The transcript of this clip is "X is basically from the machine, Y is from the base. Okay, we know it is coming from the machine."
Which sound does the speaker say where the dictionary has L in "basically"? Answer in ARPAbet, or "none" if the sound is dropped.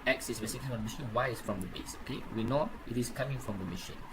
none